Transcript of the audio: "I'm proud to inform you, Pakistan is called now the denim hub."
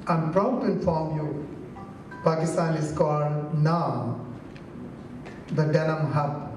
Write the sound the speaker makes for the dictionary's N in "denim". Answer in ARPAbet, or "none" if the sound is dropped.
L